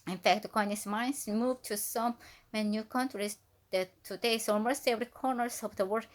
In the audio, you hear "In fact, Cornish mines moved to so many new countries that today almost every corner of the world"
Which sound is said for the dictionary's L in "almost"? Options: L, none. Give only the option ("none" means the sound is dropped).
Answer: none